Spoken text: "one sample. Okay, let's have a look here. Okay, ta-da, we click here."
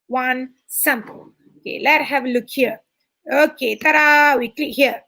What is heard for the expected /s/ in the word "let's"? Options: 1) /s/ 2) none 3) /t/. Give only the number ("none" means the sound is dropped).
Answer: 2